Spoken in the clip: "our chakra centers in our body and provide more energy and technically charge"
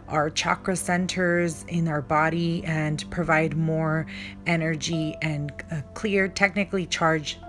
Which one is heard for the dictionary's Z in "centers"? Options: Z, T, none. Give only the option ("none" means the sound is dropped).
Z